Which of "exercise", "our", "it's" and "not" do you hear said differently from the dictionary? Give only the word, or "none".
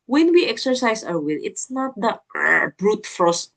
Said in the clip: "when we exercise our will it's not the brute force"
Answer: exercise